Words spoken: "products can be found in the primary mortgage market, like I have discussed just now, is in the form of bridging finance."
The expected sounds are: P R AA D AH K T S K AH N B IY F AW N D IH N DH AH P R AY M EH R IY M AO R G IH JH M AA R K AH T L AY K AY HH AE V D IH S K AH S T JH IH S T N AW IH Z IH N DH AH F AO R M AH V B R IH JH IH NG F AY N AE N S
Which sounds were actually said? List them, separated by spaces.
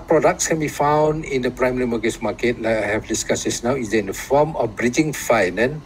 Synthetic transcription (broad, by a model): P R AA D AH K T S K AH N B IY F AW N D IH N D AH P R AY M EH R IY M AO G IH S M AA K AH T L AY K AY HH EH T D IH S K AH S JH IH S N AW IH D IH N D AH F AO M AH F B R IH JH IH NG F AY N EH N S